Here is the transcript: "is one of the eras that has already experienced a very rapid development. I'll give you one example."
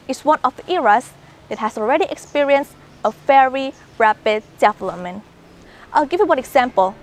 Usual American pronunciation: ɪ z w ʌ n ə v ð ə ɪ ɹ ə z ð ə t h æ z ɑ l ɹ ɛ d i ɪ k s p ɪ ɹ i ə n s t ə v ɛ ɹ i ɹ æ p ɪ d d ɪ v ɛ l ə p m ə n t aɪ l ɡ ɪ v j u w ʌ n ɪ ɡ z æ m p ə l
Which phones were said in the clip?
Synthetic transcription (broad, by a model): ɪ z w ʌ n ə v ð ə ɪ ɹ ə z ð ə t h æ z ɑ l ɹ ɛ d i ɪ k s p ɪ ɹ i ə n s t ə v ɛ ɹ i ɹ æ p ɪ d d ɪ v l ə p m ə n t aɪ l ɡ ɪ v j u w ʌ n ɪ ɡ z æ m p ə l